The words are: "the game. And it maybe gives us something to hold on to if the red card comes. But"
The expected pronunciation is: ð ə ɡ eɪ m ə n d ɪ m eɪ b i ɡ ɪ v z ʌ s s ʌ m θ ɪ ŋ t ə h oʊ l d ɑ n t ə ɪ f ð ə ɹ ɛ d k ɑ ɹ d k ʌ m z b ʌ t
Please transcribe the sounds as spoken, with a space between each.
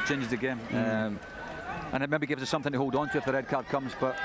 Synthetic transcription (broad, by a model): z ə ɡ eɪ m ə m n ɪ m eɪ b i ɡ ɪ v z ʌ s s ʌ m θ ɪ ŋ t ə h oʊ l d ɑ n t ə ɪ f ð ə ɹ ɛ d k ɑ ɹ d k ʌ m z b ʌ t